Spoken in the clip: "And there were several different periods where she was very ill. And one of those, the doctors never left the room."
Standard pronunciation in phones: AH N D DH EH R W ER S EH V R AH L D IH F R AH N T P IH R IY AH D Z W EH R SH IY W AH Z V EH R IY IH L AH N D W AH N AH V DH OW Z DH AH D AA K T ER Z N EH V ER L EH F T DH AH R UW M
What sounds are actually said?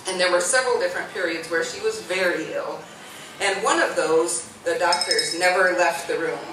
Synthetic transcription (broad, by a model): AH N DH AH R W ER S EH V R L D IH F R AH N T P IH R IY AH D Z W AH R SH IY W AH Z V EH R IY IH L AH N W AH N AH V DH OW Z DH AH D AA K T ER Z N EH V ER L EH F T DH AH R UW M